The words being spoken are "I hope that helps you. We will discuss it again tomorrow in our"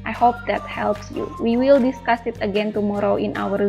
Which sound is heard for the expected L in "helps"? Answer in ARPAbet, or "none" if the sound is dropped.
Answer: L